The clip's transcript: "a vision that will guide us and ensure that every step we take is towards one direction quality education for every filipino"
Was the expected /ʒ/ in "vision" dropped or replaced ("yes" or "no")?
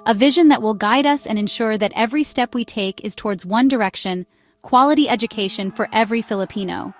no